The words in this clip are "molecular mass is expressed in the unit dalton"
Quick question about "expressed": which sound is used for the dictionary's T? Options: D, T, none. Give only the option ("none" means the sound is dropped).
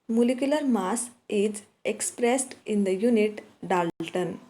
T